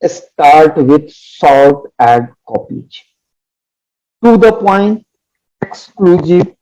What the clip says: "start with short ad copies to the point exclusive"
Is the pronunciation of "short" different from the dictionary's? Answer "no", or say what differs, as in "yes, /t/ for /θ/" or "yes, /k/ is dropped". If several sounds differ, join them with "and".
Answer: yes, /l/ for /ɹ/